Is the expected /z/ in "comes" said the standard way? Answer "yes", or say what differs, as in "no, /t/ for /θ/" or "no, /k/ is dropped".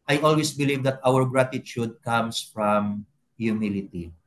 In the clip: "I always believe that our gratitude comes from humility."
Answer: no, /s/ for /z/